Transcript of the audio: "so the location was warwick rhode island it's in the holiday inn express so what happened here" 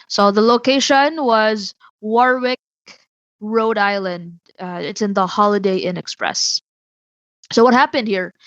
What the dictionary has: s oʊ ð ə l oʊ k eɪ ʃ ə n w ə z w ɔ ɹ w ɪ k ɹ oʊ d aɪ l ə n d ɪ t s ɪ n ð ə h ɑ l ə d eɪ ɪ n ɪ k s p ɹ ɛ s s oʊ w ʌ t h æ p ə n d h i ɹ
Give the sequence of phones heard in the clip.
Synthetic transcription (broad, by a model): s oʊ ð ə l oʊ k eɪ ʃ ə n w ə z w ɔ ɹ w ɪ k ɹ oʊ d aɪ l ə n d ɪ t s ɪ n ð ə h ɑ l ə d eɪ ɪ n ɪ k s p ɹ ɛ s s oʊ w ʌ t h æ p ə n d h i ɹ